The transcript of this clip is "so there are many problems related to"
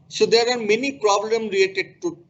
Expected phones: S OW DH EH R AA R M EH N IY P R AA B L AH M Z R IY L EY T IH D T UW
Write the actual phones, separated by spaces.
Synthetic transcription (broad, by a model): S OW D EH R AA R M EH N IY P R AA B L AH M R IY L EY T IH D T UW